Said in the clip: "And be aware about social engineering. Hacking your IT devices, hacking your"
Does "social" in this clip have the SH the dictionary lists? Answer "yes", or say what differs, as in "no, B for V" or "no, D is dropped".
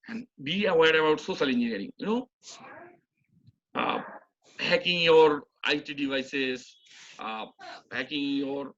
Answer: no, S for SH